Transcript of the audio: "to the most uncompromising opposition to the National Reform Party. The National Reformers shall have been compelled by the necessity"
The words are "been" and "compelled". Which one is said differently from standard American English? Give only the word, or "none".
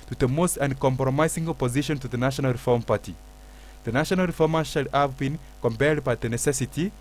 compelled